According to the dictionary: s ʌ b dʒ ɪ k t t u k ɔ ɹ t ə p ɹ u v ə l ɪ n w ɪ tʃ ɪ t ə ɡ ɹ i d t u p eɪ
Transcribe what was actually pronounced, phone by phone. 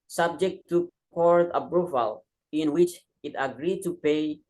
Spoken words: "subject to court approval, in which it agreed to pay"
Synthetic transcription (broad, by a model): s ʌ b dʒ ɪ k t t u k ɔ ɹ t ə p ɹ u f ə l ɪ n w ɪ tʃ ɪ t ə ɡ ɹ i d t u p eɪ